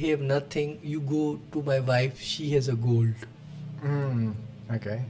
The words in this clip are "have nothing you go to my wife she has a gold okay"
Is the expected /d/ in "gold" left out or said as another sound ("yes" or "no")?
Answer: no